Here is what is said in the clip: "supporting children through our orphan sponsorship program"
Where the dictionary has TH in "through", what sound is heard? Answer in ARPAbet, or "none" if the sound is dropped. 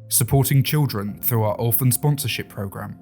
TH